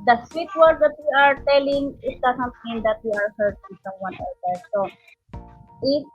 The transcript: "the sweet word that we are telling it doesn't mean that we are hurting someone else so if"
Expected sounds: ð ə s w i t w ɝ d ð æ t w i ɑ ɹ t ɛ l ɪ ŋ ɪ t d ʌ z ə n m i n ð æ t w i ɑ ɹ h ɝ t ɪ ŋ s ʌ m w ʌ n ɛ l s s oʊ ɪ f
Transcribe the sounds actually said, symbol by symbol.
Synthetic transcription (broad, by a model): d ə s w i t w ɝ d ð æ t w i ɑ ɹ t ɛ l ɪ ŋ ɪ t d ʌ s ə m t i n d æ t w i ɑ ɹ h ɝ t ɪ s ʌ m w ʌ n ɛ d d s oʊ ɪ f